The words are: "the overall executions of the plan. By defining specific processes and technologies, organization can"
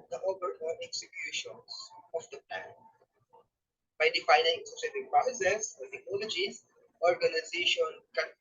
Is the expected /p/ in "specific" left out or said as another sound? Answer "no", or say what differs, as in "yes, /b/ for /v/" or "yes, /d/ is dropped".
yes, /p/ is dropped